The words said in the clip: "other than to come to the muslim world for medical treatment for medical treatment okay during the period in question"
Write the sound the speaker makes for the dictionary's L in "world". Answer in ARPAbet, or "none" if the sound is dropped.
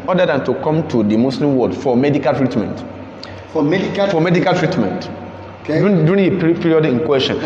none